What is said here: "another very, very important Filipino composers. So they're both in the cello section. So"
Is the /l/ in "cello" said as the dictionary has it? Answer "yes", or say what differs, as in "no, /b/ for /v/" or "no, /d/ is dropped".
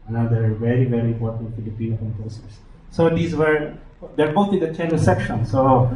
no, /n/ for /l/